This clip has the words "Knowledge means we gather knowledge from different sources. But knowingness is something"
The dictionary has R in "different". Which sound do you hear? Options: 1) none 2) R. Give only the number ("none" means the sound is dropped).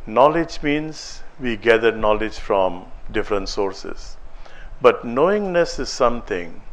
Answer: 2